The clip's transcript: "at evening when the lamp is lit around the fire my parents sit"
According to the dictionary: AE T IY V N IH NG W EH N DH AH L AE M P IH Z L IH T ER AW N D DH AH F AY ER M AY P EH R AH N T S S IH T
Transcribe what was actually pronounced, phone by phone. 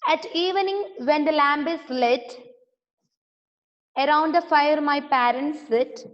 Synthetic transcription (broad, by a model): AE T IY V N IH NG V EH N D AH L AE M B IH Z L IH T ER AW N D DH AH F AY ER M AY P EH R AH N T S S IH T